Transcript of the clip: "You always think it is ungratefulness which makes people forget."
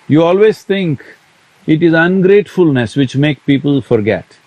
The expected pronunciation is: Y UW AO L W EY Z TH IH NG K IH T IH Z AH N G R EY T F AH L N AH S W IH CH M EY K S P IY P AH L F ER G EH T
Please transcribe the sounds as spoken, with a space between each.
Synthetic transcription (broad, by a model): Y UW AO L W EY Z T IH NG K IH T IH Z AH N G R EY T F AH L N AH S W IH CH M EY K P IY P AH L F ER G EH T